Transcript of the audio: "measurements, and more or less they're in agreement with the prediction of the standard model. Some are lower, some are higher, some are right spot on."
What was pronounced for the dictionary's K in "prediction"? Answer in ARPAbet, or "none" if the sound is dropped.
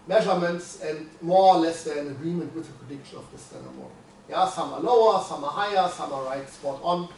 K